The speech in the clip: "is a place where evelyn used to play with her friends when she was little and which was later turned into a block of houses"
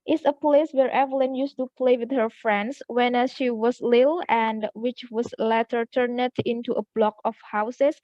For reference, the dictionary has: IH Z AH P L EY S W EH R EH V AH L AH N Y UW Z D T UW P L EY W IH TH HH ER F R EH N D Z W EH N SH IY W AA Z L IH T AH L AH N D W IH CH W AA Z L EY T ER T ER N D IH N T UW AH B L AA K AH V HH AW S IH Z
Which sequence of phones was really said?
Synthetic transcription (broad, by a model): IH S AH P L EY S W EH R EH V AH L AH N Y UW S T UW P L EY W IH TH HH ER F R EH N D S W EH N SH IY W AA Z L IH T L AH N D W IH CH W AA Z L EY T ER T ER N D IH N T UW AH B L AA K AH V HH AW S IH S